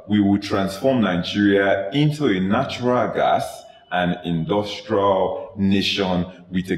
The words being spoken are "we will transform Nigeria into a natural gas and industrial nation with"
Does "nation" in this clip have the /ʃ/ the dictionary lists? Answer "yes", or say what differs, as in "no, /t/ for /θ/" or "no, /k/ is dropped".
yes